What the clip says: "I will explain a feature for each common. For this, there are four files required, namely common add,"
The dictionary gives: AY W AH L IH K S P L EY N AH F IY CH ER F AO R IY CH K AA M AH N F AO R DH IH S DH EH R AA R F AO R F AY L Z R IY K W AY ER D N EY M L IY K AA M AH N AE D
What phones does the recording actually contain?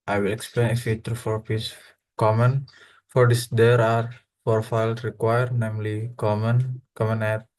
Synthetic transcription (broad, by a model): AY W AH L IH K S P L EY N AH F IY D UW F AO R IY S K AA M AH N F AO R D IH S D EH R AA R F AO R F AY L S R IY K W AY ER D N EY M L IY K AA M AH N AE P